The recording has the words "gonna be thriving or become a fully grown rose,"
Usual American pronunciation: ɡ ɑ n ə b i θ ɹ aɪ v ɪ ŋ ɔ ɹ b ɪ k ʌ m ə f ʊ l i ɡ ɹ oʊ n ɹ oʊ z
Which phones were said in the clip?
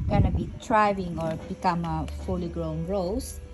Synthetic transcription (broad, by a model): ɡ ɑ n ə b i t ɹ aɪ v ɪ ŋ ɔ ɹ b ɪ k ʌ m ə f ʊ l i ɡ ɹ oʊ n ɹ oʊ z